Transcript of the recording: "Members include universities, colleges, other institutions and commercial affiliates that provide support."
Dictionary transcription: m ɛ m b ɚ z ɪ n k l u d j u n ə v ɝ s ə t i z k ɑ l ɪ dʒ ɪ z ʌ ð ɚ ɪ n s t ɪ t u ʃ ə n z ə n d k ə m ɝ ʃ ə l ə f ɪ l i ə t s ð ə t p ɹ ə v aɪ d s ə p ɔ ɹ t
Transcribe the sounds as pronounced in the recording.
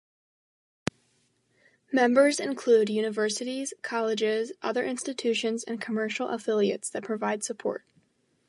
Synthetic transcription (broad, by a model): m ɛ m b ɚ z ɪ n k l u d j u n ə v ɝ s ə t i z k ɑ l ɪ dʒ ɪ z ʌ ð ɚ ɪ n s t ɪ t u ʃ ə n z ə n k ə m ɝ ʃ l ə f ɪ l i ə t s ð ə t p ɹ ə v aɪ d s ə p ɔ ɹ t